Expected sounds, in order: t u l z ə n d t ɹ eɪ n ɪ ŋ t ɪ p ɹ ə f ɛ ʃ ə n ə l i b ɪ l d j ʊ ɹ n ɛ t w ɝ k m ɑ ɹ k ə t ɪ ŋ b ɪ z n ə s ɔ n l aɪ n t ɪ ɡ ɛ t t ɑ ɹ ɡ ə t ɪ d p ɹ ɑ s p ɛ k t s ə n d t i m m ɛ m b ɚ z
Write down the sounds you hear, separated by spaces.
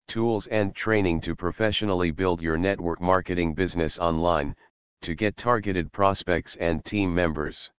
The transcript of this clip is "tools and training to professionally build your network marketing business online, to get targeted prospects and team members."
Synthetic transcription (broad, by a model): t u l z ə n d t ɹ eɪ n ɪ ŋ t ɪ p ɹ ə f ɛ ʃ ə n l i b ɪ l d j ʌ ɹ n ɛ t w ɝ k m ɑ ɹ k ə t ɪ ŋ b ɪ z n ə s ɔ n l aɪ n t ɪ ɡ ɛ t t ɑ ɹ ɡ ə t ɪ d p ɹ ɑ s p ɛ k t s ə n t i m m ɛ m b ɚ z